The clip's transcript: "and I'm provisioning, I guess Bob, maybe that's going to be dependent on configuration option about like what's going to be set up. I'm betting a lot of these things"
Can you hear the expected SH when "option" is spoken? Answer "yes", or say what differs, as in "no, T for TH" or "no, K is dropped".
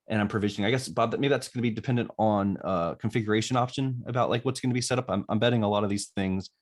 yes